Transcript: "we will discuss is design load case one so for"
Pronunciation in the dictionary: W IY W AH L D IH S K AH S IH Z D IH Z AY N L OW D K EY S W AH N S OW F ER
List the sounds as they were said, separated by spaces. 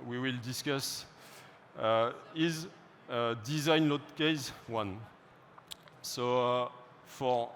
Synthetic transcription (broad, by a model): W IY W AH L D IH S K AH S IH Z D IH Z AY N L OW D K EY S W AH N S OW F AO